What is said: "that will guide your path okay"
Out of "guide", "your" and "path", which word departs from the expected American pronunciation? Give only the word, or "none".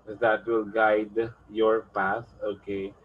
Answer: path